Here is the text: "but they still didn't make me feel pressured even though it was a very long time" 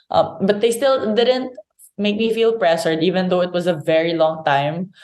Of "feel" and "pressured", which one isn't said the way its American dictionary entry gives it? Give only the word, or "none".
pressured